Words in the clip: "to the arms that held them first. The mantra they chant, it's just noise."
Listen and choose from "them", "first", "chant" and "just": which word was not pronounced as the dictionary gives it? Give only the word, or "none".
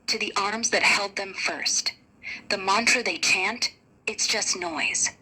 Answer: none